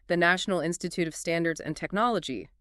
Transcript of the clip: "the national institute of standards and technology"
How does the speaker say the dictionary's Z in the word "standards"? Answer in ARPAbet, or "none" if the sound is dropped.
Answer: Z